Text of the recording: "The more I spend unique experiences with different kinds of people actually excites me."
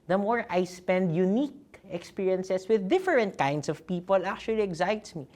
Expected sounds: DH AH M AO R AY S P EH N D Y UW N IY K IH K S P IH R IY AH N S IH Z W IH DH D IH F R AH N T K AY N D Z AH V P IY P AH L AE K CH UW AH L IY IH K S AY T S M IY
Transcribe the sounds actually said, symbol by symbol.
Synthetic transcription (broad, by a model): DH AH M AO R AY S P EH N D Y UW N IY K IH K S P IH R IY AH N S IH S W IH DH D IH F R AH N T K AY N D S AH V P IY P AH L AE K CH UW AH L IY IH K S AY T S M IY